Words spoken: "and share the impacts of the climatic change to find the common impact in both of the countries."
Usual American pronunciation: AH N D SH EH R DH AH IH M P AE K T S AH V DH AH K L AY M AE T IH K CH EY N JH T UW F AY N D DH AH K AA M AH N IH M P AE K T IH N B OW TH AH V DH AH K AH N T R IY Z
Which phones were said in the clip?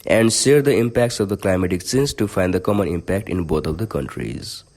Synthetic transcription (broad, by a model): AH N D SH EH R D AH IH M P AE K T S AH V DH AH K L AY M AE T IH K S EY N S T UW F AY N D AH K AA M AH N IH M P AE K T IH N B OW T AH V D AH K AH N T R IY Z